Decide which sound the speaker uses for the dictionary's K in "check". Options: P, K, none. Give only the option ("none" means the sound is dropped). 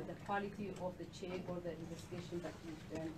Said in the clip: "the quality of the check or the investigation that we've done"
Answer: none